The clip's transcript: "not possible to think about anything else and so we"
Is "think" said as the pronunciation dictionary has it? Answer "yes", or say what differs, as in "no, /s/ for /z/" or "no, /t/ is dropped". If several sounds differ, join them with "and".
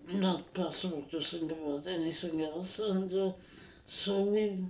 no, /s/ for /θ/